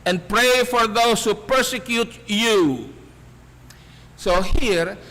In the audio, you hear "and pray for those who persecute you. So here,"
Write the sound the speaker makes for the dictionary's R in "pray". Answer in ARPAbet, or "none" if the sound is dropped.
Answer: R